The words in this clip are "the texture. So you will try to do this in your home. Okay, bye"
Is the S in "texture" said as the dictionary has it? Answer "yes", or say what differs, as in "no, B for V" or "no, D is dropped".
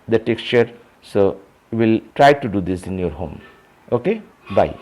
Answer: yes